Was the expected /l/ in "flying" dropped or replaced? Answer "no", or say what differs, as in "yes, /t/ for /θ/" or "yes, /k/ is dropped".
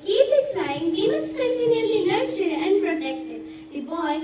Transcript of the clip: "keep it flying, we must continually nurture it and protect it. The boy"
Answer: yes, /l/ is dropped